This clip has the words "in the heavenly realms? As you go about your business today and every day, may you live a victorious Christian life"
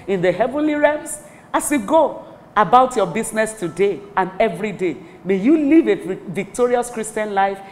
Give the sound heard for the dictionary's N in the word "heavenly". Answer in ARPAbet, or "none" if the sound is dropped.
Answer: N